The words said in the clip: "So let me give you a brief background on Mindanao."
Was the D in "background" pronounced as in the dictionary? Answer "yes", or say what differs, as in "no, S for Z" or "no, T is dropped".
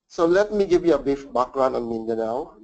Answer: no, D is dropped